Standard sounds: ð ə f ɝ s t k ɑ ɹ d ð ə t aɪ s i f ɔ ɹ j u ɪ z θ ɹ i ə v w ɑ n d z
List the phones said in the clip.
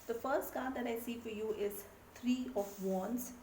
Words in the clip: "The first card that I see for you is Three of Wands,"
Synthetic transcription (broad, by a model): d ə f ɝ s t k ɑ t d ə t aɪ s i f ɔ ɹ j u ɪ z t ɹ i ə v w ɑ n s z